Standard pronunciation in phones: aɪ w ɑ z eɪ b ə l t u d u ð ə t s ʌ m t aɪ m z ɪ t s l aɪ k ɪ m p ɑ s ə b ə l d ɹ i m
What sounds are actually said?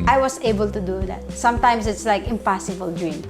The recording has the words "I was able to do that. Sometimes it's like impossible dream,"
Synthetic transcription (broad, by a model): aɪ w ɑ s eɪ b ə l t u d u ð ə t s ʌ m t aɪ m s ɪ t s l aɪ k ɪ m p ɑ s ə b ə l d ɹ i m